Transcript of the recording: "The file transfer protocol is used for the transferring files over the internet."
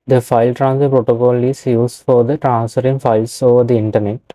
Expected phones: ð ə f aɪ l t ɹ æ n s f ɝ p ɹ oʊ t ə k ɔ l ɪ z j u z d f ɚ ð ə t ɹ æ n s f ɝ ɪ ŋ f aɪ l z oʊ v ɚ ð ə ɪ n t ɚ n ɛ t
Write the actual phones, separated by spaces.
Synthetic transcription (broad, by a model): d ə f aɪ l t ɹ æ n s ɝ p ɹ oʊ t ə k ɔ l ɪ s j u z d f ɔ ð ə t ɹ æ n s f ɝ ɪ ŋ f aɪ l s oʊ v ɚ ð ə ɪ n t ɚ n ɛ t